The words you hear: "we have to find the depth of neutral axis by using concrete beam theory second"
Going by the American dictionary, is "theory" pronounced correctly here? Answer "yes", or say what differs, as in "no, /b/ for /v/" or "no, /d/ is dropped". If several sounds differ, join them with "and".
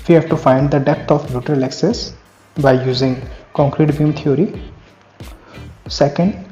no, /t/ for /θ/